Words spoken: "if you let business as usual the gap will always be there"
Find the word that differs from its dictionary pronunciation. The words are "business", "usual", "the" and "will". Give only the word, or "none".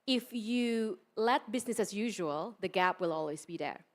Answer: none